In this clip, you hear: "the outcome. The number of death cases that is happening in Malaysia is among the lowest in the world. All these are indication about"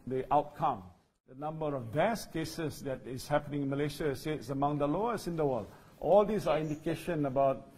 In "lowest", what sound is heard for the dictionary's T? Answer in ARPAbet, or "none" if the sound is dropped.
none